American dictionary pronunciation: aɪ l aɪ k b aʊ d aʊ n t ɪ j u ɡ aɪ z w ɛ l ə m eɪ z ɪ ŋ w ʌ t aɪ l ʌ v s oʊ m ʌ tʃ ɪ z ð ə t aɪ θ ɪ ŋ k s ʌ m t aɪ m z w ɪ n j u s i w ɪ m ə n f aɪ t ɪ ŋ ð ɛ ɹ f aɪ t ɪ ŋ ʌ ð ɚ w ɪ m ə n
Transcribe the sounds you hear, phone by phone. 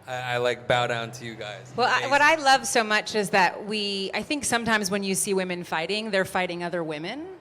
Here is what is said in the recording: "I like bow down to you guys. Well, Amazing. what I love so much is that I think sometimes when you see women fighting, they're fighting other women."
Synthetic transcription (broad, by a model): aɪ l aɪ k b aʊ d aʊ n t ɪ j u ɡ aɪ z w ɛ l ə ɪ w ʌ t aɪ l ʌ v s oʊ m ʌ tʃ ɪ z ð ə t aɪ θ ɪ ŋ k s ʌ m t aɪ m z w ɪ n j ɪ s i w ɪ m ə n f aɪ t ɪ ŋ ð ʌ ɹ f aɪ t ɪ ŋ ʌ ð ɚ w ɪ m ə n